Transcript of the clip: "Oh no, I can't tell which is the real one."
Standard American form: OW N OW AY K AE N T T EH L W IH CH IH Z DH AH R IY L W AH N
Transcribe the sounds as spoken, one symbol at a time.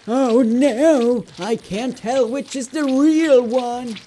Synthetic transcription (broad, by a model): OW N OW AY K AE N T T EH L W IH CH IH Z DH AH R IY L W AH N